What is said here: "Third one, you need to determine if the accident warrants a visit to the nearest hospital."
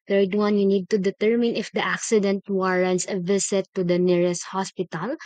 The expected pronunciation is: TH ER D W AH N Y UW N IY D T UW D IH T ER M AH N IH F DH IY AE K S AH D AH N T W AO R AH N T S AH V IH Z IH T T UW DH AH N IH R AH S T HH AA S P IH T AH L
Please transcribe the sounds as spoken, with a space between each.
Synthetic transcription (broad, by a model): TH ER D W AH N Y UW N IY D T UW D IH T ER M AH N IH F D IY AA K S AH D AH N T W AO R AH N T S AH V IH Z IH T T UW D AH N IH R AH S T HH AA S P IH T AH L